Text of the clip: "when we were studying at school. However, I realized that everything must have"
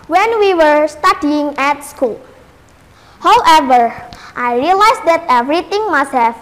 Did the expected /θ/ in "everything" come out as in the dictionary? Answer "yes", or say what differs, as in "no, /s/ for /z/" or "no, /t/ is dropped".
no, /t/ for /θ/